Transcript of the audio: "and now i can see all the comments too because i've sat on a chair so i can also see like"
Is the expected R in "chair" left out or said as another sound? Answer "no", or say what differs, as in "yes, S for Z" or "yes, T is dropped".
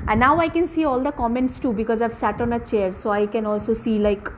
no